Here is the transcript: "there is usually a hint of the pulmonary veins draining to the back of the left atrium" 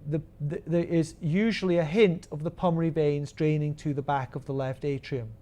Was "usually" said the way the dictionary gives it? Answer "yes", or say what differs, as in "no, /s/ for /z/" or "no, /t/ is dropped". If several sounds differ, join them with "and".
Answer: yes